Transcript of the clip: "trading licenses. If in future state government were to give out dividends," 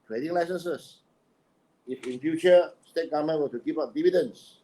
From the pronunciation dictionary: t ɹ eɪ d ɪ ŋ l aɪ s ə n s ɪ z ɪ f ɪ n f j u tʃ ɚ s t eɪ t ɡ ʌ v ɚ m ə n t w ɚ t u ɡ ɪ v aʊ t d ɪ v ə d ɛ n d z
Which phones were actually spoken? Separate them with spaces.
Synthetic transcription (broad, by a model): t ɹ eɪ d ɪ ŋ l aɪ s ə n s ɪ s ɪ f ɪ n f j u tʃ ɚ s t eɪ t ɡ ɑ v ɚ m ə n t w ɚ t u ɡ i p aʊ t d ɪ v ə d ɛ n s